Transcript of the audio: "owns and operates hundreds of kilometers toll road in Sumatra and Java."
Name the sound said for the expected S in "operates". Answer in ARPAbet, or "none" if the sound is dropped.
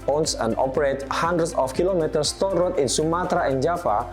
none